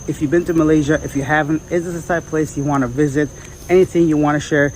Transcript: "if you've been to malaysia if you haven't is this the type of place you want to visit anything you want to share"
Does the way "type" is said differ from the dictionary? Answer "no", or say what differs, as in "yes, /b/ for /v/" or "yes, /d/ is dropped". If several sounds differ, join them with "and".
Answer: yes, /s/ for /t/ and /p/ is dropped